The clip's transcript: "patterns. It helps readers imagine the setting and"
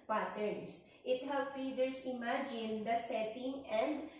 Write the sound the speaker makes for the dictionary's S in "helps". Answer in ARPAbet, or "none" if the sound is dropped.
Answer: none